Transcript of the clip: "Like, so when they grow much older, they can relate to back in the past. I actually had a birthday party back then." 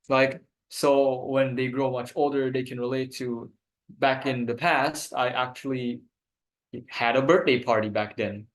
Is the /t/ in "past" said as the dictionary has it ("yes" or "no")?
yes